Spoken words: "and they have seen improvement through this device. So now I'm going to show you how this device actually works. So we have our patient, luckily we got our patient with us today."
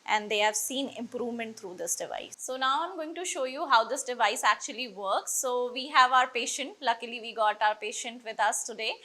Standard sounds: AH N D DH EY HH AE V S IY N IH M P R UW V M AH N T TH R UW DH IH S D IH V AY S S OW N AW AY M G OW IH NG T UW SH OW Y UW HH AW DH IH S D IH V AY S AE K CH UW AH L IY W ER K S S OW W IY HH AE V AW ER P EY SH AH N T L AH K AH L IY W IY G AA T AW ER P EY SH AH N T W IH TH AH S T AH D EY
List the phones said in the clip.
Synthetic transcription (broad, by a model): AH N D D EY HH AE V S IY N IH M P R UW V M AH N T T R UW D IH S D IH V AY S S OW N AW AY M G OW IH NG T UW SH OW Y UW HH AW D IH S D IH V AY S AE K CH UW AH L IY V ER K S S OW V IY HH AE V AW ER P EY SH AH N T L AH K AH L IY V IY G AA T AW ER P EY SH AH N T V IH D AH S T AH D EY